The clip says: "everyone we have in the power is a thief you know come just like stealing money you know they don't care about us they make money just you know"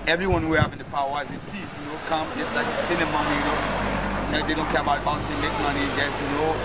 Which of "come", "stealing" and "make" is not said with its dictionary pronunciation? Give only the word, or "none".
stealing